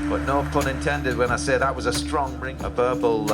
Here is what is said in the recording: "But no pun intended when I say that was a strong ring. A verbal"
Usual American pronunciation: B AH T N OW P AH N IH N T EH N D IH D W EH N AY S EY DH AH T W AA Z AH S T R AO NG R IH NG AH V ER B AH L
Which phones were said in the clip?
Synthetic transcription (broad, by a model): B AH T N OW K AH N IH N T EH N D IH D W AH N AY S EY DH AH T W AA Z AH S T R AO NG R IH NG AH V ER B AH L